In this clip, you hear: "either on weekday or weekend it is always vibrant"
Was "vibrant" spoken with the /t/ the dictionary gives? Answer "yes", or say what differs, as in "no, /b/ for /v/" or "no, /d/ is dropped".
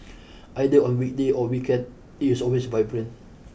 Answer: no, /t/ is dropped